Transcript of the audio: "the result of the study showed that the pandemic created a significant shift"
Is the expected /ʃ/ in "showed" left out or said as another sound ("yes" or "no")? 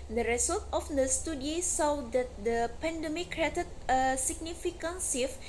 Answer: yes